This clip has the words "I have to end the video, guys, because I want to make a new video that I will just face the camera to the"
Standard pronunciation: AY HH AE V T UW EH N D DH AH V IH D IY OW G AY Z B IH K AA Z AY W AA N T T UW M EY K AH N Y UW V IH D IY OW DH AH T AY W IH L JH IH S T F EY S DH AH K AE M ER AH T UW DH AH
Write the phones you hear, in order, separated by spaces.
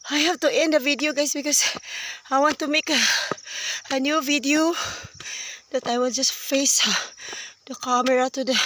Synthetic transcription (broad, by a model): AY HH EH F T UW EH N D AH V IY D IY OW G AY S B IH K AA S AY W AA N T T UW M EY K AH N Y UW V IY D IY OW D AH T AY W IH L JH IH S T F EY S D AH K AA M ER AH T UW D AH